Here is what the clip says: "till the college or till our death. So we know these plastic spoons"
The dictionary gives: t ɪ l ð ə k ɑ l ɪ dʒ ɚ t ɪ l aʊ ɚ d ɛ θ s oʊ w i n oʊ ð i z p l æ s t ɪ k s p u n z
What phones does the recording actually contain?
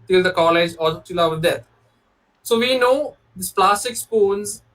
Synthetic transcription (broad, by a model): t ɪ l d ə k ɑ l ɪ dʒ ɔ t ɪ l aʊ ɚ d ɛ t s oʊ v i n oʊ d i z p l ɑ s t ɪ k s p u n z